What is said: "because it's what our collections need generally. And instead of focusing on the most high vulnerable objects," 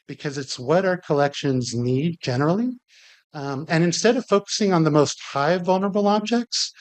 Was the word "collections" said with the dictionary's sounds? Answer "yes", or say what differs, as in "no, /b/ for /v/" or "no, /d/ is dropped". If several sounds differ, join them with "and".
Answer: yes